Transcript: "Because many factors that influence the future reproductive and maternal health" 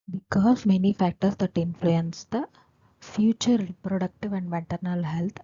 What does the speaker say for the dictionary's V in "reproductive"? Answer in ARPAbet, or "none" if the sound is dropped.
V